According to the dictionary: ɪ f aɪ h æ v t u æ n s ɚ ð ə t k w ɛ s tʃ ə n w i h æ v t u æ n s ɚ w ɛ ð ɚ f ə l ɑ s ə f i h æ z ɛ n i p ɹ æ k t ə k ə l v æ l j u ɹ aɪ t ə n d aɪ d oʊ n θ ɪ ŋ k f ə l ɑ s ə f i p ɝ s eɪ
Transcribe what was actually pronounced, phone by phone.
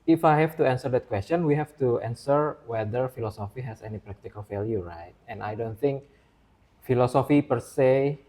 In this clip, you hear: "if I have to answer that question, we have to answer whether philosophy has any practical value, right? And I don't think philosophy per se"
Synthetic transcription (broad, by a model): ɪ f aɪ h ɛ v t u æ n s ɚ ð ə t k w ɛ s tʃ ə n w i h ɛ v t u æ n s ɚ w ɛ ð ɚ f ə l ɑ s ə f i h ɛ s ɛ n i p ɹ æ k t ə k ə l f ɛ l j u ɹ aɪ t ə n aɪ d oʊ n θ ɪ ŋ k f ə l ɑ s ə f i p ɝ s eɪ